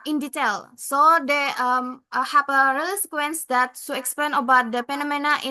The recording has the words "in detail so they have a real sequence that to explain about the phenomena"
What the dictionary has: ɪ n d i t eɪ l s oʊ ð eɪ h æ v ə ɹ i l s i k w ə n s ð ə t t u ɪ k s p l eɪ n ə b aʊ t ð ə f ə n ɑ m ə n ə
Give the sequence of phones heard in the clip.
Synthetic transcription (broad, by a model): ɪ n d i t eɪ l s oʊ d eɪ h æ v ə ɹ i l s i k w ə n s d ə t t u ɪ k s p l eɪ n ə b aʊ t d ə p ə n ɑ m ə n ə